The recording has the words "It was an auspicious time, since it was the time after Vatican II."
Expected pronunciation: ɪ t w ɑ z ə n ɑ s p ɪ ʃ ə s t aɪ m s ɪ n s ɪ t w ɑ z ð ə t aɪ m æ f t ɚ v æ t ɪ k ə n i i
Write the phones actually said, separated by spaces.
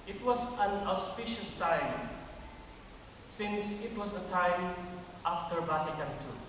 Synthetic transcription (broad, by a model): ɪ t w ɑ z ə n ɑ s p ɪ ʃ ə s t aɪ m s ɪ n s ɪ t w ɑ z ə t aɪ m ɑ f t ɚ b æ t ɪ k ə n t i